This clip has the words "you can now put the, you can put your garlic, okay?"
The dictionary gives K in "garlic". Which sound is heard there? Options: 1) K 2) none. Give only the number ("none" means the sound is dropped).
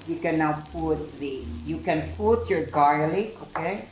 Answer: 2